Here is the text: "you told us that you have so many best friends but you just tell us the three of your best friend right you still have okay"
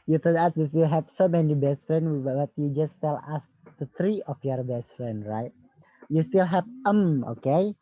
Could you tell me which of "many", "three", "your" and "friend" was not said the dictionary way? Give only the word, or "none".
three